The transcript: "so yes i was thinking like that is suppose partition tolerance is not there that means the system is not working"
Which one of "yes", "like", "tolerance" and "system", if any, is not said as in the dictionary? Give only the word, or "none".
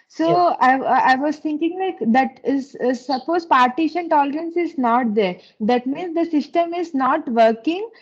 yes